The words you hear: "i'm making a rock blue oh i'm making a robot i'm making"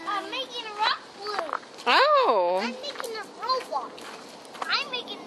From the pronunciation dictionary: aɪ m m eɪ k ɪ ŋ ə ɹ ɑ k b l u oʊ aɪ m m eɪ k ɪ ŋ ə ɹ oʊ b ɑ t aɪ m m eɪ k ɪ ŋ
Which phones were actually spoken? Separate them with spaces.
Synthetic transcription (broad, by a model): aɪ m m eɪ k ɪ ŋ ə ɹ ɑ k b u oʊ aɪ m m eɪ k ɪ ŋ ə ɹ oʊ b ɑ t aɪ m m eɪ k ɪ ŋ